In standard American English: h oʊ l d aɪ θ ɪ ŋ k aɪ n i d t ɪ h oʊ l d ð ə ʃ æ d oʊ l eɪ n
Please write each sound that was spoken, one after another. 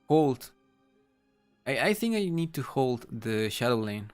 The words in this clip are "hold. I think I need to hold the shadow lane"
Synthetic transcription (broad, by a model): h oʊ l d aɪ θ ɪ ŋ k aɪ n i d t ɪ h oʊ l d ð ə ʃ æ d oʊ l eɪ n